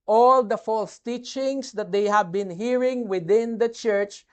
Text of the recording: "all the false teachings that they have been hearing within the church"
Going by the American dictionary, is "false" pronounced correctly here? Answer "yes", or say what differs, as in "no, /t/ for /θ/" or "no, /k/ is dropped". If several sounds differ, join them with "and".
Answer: yes